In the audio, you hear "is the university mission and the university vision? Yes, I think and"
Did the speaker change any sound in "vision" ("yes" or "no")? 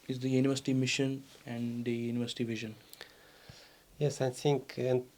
no